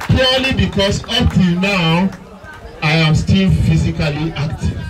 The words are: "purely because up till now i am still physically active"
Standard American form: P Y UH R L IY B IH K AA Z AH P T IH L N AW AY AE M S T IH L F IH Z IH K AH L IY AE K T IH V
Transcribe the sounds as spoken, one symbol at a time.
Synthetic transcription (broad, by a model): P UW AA L IY B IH K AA S AH P T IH L N AW AY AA M S T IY L F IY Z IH K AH L IY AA K T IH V